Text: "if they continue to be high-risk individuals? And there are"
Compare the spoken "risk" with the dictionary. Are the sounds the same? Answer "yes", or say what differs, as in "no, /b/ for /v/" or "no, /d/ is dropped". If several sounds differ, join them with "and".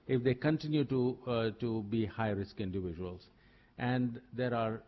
yes